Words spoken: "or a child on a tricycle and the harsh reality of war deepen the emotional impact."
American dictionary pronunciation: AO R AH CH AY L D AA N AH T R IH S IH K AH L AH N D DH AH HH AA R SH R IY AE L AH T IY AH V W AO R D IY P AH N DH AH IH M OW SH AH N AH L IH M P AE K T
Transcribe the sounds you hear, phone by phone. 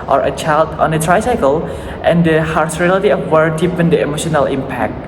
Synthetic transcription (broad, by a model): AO R AH CH AY L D AA N AH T R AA S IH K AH L AH N D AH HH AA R S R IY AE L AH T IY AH F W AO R D IY P AH N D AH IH M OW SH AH N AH L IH M P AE K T